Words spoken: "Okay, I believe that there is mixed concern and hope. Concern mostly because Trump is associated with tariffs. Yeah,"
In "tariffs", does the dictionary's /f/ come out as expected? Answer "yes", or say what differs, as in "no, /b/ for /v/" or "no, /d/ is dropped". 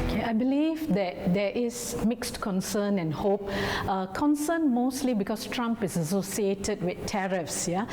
yes